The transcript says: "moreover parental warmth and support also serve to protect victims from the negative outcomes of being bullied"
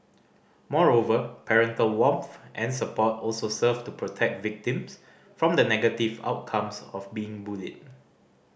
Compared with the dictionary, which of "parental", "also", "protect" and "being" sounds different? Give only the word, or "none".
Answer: none